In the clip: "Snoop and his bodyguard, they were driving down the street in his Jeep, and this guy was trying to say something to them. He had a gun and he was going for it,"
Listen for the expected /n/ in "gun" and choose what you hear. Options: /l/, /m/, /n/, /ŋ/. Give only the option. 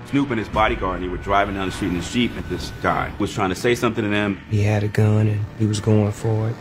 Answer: /n/